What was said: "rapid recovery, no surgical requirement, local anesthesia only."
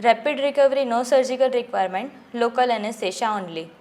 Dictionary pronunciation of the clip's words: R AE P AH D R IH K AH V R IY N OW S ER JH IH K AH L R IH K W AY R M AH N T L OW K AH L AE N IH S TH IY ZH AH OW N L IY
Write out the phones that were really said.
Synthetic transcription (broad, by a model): R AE P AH D R IH K AH V R IY N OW S ER JH IH K AH L R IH K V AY R M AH N T L OW K AH L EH N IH S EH SH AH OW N L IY